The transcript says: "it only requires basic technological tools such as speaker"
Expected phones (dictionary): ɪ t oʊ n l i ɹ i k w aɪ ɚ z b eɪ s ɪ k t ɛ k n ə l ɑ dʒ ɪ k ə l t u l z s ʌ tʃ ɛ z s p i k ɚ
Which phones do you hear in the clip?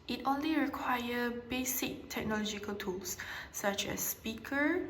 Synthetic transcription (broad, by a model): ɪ t oʊ n l i ɹ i k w aɪ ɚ b eɪ s ɪ k t ɛ k n ə l ɑ dʒ ɪ k ə l t u l s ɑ tʃ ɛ s p i k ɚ